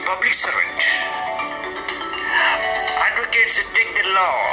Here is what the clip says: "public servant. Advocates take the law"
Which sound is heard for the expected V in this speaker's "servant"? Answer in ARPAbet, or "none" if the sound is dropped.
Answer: none